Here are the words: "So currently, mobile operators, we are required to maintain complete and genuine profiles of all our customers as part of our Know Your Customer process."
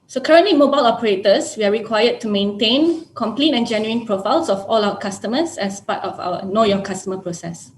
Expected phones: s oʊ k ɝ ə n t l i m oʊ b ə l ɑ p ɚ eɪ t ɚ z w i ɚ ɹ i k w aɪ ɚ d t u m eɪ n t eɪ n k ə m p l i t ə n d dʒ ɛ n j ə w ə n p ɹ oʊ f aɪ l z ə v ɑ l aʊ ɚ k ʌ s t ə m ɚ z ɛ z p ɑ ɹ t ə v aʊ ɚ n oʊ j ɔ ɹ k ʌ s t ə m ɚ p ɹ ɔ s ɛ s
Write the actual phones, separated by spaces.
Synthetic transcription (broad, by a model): s oʊ k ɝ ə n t l i m oʊ b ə l ɑ p ɚ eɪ t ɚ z w i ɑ ɹ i k w aɪ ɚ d t u m eɪ n t eɪ n k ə m p l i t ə n dʒ ɛ n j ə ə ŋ p ɹ oʊ f aɪ l s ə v ɑ l aʊ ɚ k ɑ s t ə m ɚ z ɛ s p ɑ t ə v aʊ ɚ n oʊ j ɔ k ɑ s t ə m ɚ p ɹ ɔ s ɛ s